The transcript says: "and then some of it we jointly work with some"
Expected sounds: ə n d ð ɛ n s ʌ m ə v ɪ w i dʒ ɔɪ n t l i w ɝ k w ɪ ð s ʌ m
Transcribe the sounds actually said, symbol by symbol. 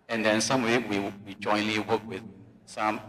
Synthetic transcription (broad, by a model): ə n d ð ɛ n s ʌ m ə w ɪ w i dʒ ɔɪ n l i w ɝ k w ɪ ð s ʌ m